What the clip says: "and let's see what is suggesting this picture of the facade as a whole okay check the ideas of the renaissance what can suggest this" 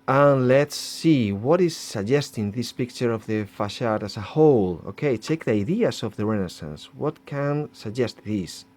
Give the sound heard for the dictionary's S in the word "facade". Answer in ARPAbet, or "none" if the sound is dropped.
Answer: SH